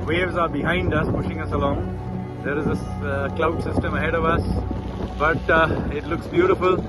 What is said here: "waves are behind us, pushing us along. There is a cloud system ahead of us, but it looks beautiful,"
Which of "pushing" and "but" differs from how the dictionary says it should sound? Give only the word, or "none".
none